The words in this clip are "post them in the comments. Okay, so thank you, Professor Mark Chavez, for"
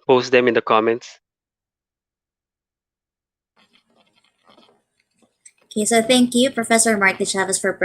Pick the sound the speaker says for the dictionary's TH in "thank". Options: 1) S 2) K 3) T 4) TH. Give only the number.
4